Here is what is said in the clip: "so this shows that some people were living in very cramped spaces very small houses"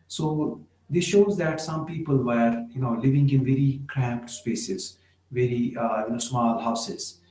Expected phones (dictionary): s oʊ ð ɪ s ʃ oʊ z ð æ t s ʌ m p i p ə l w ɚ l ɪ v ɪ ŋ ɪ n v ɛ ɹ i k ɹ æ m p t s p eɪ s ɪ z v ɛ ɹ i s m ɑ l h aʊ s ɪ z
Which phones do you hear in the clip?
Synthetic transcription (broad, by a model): s oʊ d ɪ s ʃ oʊ z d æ t s ʌ m p i p ə l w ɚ l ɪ v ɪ ŋ ɪ n v ɛ ɹ i k ɹ æ m p t s p eɪ s ɪ z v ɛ ɹ i s m ɑ l h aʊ s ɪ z